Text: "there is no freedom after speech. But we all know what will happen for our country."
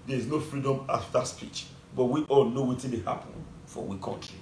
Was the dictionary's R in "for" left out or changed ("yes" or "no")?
yes